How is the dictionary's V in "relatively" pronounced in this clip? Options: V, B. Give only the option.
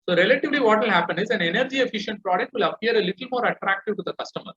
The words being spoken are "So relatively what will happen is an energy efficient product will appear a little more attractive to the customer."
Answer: V